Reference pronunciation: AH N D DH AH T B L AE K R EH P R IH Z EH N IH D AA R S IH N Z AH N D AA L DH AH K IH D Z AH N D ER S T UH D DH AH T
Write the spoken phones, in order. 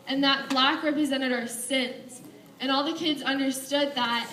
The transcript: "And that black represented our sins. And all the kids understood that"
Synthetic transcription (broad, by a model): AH N DH AH T B L AE K R EH P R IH Z EH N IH D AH R S IH N S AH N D AA L DH AH K IH D Z AH N D ER S T UH D DH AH T